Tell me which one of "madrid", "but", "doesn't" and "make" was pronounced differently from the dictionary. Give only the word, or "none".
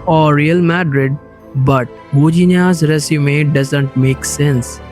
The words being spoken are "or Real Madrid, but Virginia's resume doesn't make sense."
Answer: none